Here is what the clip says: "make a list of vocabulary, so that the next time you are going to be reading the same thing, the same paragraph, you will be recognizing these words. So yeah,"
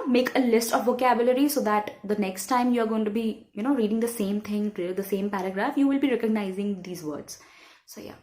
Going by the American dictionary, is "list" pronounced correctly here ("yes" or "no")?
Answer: yes